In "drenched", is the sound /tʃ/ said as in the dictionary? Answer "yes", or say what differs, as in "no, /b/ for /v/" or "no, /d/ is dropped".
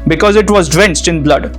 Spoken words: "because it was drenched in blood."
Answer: no, /s/ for /tʃ/